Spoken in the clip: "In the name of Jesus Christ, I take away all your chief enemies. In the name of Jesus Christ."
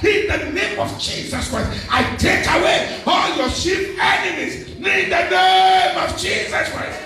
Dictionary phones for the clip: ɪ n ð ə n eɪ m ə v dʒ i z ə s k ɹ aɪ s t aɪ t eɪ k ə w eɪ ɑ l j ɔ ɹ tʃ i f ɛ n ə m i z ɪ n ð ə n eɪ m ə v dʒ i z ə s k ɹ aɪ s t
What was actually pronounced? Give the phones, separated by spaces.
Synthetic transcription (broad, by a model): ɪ n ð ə n eɪ m ə v dʒ i z ə s k ɹ aɪ s t aɪ t eɪ k ə w eɪ ɑ l j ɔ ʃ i p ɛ n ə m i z ɪ n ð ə n eɪ m ə v dʒ i z ə s k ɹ aɪ s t